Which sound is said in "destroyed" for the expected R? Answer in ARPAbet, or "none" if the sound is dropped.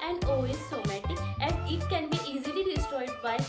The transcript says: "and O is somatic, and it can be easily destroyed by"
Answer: none